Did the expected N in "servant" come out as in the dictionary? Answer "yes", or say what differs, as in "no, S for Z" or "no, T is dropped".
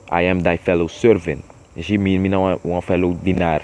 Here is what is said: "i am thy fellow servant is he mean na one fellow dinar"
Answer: yes